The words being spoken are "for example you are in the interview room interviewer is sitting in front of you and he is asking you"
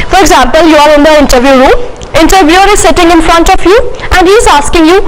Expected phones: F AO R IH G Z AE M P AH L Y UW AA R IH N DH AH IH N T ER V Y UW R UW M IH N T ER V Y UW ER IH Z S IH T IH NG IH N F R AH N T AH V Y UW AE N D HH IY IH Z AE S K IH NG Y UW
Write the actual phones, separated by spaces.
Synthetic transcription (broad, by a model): F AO R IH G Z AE M P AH L Y UW AA R IH N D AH IH N T ER V Y UW R UW M IH N T ER V Y UW ER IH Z S IH T IH NG IH N F R AH N T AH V Y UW AE N D HH IY IH Z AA S K IH NG Y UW